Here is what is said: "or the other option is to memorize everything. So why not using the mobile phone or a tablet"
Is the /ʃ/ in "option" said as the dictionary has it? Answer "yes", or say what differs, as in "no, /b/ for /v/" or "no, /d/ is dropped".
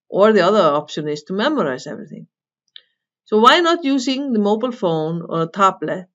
yes